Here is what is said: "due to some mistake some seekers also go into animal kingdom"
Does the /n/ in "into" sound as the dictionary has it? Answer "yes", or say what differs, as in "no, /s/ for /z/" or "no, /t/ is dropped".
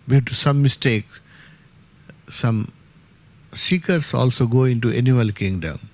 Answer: yes